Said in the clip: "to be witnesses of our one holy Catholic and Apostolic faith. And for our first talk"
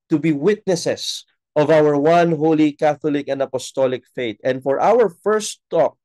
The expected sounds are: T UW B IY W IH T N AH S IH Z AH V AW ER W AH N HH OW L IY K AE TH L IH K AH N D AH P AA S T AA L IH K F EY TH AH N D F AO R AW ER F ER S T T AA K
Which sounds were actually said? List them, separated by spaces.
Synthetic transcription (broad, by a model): T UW B IY W IH T N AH S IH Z AH V AW ER W AH N HH OW L IY K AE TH L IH K AH N D AH P AA S T AA L IH K F EY T AH N D F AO R AW ER F ER S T T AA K